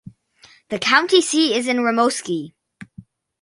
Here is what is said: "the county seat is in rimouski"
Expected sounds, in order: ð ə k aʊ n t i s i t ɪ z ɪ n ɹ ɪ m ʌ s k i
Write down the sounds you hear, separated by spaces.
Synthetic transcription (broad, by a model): ð ə k aʊ n t i s i ɪ z ɪ n ɹ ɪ m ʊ s k i